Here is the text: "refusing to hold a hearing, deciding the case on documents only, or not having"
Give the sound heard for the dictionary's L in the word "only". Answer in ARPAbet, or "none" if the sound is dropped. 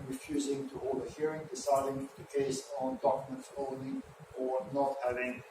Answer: none